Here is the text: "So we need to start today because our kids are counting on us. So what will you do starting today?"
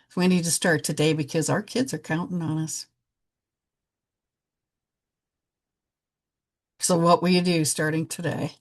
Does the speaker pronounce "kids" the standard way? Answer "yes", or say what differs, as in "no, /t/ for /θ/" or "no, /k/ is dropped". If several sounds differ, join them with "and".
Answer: yes